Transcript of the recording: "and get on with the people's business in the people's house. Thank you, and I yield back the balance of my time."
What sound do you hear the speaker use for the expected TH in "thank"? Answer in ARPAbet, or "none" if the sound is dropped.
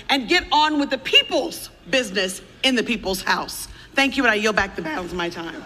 TH